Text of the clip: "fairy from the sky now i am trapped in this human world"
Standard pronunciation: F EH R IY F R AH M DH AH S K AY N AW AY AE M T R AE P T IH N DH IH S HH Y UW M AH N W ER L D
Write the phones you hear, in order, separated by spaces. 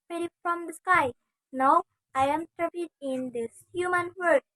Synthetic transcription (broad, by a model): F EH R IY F R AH M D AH S K AY N AW AY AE M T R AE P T IH N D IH S HH Y UW M AH N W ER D